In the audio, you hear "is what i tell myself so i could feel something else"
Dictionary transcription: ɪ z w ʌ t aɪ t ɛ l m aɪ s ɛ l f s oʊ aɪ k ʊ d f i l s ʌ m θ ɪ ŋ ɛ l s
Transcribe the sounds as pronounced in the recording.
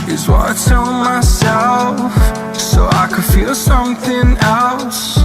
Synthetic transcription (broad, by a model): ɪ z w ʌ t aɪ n m aɪ s ɛ l f s oʊ aɪ k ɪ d f i l s ʌ m θ ɪ ŋ ɛ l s